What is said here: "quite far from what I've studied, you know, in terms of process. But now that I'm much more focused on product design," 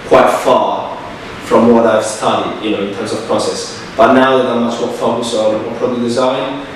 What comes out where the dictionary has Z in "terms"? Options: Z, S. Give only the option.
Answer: Z